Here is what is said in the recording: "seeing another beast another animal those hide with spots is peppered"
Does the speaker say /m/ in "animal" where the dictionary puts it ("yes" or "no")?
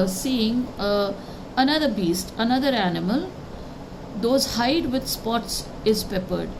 yes